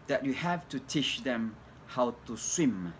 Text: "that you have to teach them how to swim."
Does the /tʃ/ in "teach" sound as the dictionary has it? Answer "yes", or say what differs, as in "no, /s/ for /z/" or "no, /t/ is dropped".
no, /ʃ/ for /tʃ/